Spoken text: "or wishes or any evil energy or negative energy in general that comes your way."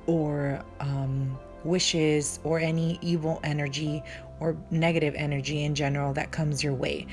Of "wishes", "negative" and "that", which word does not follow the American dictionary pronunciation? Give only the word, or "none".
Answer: none